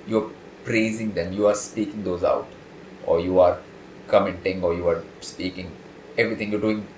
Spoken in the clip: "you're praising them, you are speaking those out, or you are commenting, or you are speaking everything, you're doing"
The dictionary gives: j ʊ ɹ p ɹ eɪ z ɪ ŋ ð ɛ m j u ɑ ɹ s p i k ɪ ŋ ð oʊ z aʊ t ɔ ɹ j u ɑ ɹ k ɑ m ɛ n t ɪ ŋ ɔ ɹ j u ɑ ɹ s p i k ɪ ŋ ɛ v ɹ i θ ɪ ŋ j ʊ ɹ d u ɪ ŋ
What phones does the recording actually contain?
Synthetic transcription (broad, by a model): j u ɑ p ɹ eɪ z ɪ ŋ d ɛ m j u ɑ ɹ s p i k ɪ ŋ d oʊ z aʊ t ɔ ɹ j u ɑ ɹ k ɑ m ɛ n t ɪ ŋ ɔ ɹ j u ɑ ɹ s p i k ɪ ŋ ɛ v ɹ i t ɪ ŋ j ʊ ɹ d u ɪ ŋ